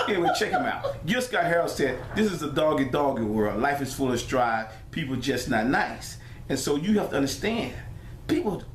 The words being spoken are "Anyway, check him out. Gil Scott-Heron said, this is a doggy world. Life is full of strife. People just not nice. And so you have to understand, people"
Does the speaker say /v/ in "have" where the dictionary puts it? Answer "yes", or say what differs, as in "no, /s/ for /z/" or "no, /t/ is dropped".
no, /f/ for /v/